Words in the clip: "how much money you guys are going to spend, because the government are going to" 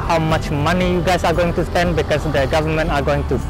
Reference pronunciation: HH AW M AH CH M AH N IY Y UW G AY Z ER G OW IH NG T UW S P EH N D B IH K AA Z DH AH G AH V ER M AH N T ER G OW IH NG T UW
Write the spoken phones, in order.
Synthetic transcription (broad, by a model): HH AW M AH CH M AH N IY Y UW G AY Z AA G OW IH NG T UW S P EH N D B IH K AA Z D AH G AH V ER M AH N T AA G OW IH NG T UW